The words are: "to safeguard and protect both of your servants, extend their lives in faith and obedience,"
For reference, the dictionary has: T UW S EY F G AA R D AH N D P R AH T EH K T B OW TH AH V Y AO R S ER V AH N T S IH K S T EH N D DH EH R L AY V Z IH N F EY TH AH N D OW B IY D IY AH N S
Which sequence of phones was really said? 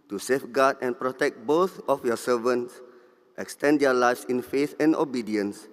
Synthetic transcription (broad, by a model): T UW S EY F G AA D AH N P R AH T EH K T B OW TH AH F Y AO S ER V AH N T S IH K S T EH N D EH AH L AY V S IH N F EY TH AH N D OW B IY D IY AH N S